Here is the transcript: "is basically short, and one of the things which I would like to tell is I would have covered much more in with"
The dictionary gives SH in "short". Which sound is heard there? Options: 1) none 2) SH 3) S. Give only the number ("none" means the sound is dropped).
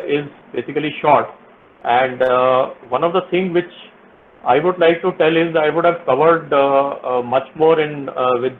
2